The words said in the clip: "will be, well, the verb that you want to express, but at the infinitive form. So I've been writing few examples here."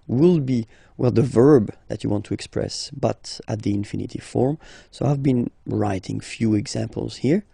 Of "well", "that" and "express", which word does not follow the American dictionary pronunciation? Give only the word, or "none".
none